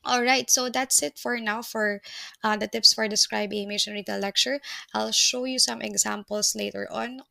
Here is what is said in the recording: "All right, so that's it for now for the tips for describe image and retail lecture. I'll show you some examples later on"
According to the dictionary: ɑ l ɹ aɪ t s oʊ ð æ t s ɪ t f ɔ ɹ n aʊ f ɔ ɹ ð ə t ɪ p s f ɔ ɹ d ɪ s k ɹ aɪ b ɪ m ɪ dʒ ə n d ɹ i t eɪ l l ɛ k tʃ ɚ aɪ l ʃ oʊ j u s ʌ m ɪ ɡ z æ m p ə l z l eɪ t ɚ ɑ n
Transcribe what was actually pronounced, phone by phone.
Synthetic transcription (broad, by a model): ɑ l ɹ aɪ t s oʊ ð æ t s ɪ t f ɔ ɹ n aʊ f ɔ ɹ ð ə t ɪ p s f ɔ ɹ d ɪ s k ɹ aɪ b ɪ m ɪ ʃ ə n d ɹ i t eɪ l l ɛ k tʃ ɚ aɪ l ʃ oʊ j u s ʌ m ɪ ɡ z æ m p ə l s l eɪ t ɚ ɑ n